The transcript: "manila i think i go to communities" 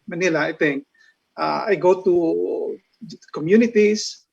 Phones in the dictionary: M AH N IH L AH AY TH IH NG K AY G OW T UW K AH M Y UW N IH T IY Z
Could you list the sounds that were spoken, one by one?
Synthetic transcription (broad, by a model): M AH N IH L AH AY T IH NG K AY G OW T UW K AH M Y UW N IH T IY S